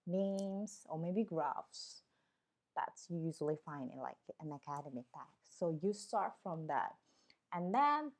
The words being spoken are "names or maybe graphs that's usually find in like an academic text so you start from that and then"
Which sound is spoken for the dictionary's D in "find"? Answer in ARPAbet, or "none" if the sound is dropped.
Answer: none